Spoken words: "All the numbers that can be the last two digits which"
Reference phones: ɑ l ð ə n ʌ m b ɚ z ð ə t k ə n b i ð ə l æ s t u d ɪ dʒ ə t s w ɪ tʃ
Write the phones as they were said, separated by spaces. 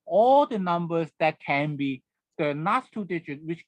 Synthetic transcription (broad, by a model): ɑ l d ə n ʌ m b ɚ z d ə t k ə n b i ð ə n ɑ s t u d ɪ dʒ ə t w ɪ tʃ